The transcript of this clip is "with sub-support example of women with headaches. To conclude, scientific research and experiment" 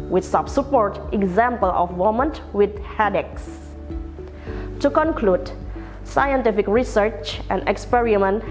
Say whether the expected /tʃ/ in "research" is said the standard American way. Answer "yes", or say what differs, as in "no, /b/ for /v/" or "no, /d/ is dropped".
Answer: yes